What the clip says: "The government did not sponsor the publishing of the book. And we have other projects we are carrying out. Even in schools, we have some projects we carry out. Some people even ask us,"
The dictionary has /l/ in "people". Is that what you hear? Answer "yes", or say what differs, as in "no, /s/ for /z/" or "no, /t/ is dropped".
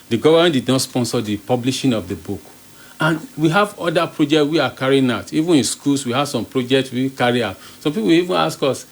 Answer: no, /w/ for /l/